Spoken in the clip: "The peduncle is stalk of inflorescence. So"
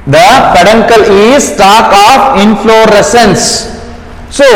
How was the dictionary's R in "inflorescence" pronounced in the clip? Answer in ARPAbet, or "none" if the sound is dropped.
R